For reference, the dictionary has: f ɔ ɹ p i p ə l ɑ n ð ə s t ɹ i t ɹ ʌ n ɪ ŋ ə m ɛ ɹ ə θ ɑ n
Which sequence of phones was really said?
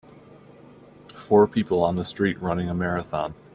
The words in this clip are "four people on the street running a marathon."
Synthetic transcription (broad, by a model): f ɔ ɹ p i p l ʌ n ð ə s t ɹ i t ɹ ʌ n ɪ ŋ ə m ɛ ɹ ə θ ɑ n